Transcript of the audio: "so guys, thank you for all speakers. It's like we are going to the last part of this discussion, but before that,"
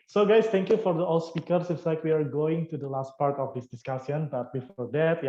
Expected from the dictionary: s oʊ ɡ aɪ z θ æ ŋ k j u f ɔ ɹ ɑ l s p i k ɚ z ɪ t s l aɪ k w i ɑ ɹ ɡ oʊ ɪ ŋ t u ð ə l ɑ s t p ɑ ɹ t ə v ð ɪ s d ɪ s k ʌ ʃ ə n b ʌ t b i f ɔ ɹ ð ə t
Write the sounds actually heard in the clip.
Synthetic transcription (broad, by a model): s oʊ ɡ aɪ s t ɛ ŋ k j u f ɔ ɹ ɑ l s p i k ɚ s ɪ t s l aɪ k w i ɑ ɹ ɡ oʊ ɪ ŋ t u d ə l ɑ s t p ɑ ɹ t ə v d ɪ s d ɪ s k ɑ s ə n b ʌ t b i f ɔ ɹ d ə t